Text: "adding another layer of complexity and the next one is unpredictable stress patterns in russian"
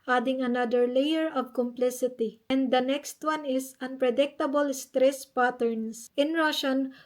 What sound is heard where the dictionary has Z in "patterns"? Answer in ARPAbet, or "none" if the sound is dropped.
S